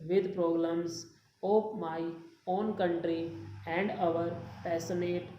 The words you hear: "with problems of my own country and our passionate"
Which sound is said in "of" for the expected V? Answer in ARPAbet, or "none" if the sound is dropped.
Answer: P